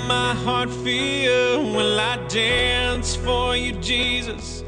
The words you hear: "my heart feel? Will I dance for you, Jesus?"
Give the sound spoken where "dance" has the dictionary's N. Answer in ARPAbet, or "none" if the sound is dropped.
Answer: N